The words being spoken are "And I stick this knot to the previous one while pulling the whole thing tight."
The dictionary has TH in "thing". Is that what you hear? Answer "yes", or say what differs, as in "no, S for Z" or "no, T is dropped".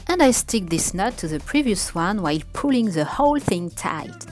yes